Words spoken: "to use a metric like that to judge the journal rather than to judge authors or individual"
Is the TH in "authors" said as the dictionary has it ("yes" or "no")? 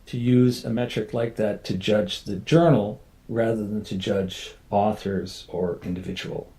yes